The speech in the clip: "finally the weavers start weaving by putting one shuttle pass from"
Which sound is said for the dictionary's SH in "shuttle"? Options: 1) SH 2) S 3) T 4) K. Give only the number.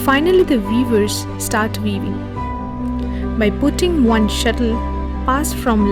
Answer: 1